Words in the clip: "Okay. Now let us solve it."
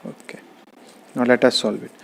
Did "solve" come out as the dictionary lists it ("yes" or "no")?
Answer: no